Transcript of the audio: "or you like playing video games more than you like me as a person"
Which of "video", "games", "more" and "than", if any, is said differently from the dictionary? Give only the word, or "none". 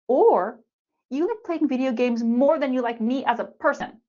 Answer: none